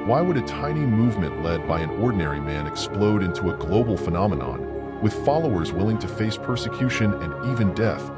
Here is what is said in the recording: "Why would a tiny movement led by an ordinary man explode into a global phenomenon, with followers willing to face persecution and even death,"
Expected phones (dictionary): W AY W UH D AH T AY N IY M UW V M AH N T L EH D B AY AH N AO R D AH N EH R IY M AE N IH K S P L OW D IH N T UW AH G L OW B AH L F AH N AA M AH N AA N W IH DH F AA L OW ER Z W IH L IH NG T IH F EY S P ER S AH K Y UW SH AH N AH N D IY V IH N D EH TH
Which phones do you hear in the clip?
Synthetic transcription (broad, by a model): W AY W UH D AH T AY N IY M UW V M AH N T L EH D B AY AH N AO R D N EH R IY M AE N IH K S P L OW D IH N T UW AH G L OW B L F AH N AA M AH N AA N W IH DH F AA L OW ER Z W IH L IH NG T IH F EY S P ER S AH K Y UW SH AH N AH N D IY V IH N D EH TH